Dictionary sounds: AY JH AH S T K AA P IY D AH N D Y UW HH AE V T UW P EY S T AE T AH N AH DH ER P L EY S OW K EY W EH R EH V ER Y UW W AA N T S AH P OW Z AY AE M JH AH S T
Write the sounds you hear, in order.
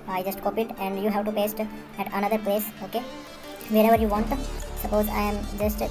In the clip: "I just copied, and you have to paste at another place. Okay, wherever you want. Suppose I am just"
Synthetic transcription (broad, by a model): AY JH AH S T K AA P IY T AH N D Y UW HH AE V T UW P EY S T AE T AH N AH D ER P L EY S OW K EY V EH R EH V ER Y UW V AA N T S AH P OW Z AY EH M JH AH S T